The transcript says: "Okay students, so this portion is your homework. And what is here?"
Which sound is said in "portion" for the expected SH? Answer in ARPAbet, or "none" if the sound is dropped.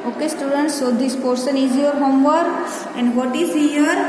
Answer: S